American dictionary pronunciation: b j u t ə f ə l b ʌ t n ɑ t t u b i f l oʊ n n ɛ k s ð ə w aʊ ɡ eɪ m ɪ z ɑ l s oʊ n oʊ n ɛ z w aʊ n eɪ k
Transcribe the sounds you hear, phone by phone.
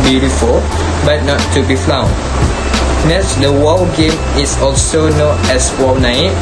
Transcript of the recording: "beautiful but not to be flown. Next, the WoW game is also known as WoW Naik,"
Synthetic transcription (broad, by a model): b j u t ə f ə l b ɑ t n ɑ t t u b i f l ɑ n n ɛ s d ə w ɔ ɡ eɪ m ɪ s ɑ l s oʊ n oʊ n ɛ s w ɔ n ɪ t